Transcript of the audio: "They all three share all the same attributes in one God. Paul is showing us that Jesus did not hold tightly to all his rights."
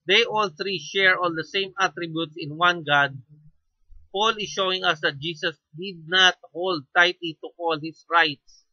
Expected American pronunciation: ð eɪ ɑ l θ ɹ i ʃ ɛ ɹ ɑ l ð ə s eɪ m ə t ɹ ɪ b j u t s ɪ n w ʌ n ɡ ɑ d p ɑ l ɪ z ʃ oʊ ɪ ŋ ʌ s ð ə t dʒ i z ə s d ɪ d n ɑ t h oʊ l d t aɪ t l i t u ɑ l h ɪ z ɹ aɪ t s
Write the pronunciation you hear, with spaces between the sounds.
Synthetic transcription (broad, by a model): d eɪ ɑ l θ ɹ i ʃ ɛ ɹ ɑ l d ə s eɪ m ə t ɹ ɪ b j u t s ɪ n w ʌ n ɡ ɑ d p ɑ l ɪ ʃ oʊ ɪ ŋ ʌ s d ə t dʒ i s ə s d ɪ d n ɑ t h oʊ l d t aɪ t l i t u ɑ l h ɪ s ɹ aɪ t s